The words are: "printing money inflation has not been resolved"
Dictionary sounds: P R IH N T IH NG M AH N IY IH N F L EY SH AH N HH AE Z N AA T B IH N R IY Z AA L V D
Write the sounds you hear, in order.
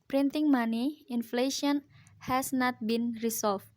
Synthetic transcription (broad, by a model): P R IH N T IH NG M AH N IY IH N F L EY SH AH N HH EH S N AA T B IH N R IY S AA L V